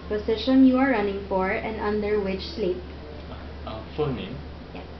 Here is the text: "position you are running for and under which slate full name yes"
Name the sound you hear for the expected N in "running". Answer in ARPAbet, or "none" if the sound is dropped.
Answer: N